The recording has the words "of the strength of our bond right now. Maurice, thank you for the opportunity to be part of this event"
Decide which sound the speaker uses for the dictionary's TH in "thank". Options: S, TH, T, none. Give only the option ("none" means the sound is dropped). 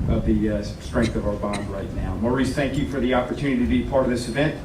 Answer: TH